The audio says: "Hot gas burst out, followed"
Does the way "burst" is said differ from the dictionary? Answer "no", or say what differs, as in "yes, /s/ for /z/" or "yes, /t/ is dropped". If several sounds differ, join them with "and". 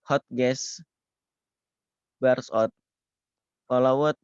yes, /t/ is dropped